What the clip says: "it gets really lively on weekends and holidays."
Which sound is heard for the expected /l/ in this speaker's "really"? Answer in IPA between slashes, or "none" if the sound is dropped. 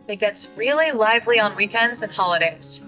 /l/